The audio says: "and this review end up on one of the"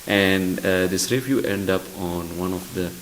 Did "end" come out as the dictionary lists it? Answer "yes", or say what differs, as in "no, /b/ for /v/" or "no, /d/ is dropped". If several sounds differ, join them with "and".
yes